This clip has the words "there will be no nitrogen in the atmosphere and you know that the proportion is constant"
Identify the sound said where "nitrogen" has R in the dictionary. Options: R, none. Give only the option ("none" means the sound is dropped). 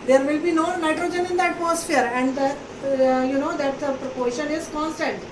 R